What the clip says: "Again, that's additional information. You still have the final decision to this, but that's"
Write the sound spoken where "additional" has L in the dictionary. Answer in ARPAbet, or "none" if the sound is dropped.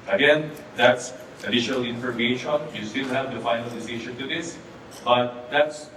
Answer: L